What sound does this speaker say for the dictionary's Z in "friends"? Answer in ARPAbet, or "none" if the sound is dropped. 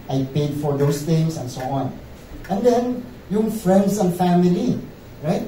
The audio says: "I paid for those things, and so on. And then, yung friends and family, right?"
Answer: S